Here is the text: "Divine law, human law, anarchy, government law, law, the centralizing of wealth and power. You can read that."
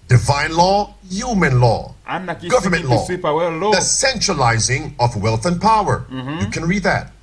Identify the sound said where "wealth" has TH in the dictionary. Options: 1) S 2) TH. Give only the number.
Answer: 2